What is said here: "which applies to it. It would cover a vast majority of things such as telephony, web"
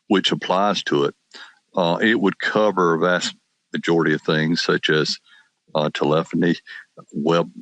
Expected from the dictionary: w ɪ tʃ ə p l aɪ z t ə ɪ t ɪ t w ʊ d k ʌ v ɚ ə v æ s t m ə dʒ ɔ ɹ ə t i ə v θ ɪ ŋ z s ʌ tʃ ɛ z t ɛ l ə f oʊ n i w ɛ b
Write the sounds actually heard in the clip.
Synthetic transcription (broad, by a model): w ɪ tʃ ə p l aɪ z t ə ɪ t ɪ t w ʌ d k ʌ v ɚ ə v æ s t m ə dʒ ɔ ɹ ə t i ə v θ ɪ ŋ z s ʌ tʃ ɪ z t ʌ l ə f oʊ n i w ɛ b